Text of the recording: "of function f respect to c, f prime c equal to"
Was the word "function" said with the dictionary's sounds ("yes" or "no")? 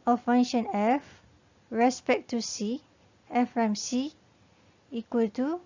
no